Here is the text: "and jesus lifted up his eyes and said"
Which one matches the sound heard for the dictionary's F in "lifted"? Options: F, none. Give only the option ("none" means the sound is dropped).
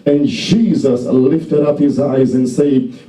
F